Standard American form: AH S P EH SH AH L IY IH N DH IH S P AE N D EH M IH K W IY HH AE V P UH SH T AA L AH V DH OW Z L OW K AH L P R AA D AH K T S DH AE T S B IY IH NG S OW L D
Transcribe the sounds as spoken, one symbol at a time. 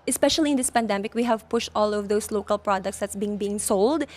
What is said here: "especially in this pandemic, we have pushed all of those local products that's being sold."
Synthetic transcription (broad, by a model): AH S P EH SH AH L IY IH N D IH S P AE N D EH M IH K W IY HH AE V P UH SH T AA L AH V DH OW S L OW K AH L P R AA D AH K T S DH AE T S B IY IH NG S OW L D